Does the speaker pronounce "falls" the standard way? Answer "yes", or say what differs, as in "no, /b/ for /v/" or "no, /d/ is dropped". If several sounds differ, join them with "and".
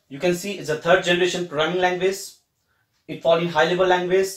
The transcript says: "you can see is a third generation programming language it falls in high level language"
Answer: no, /z/ is dropped